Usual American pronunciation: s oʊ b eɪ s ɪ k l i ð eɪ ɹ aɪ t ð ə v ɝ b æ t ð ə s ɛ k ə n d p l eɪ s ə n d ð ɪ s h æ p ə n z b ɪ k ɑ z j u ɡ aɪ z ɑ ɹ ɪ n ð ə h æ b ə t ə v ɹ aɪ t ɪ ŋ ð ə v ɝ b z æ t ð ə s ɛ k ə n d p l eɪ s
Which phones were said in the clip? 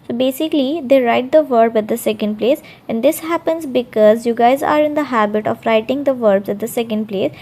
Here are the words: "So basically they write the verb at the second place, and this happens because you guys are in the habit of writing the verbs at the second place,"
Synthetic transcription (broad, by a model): s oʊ b eɪ s ɪ k l i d eɪ ɹ aɪ t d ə v ɝ b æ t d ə s ɛ k ə n d p l eɪ s ə n d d ɪ s h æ p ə n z b ɪ k ɑ z j u ɡ aɪ z ɑ ɹ ɪ n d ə h æ b ə t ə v ɹ aɪ t ɪ ŋ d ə v ɝ b z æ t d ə s ɛ k ə n d p l eɪ s